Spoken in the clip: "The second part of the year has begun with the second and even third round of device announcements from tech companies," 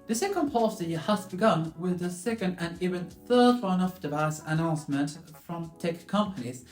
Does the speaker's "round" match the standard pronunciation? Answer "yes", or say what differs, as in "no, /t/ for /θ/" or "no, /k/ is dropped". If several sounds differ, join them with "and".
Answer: no, /d/ is dropped